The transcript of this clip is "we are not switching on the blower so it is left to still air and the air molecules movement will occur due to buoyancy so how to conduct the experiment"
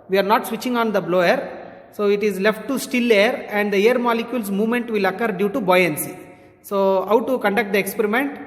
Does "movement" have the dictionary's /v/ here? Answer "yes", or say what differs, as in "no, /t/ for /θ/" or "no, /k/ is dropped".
yes